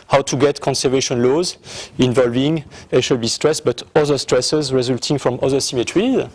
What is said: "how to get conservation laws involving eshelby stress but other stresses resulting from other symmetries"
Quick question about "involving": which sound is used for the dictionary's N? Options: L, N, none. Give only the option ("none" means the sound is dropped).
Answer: N